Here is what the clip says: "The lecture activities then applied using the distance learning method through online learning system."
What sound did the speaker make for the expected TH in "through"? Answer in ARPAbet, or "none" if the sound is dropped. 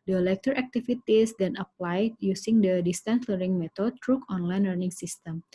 T